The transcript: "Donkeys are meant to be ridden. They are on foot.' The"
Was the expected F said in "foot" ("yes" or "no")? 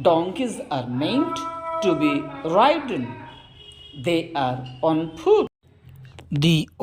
no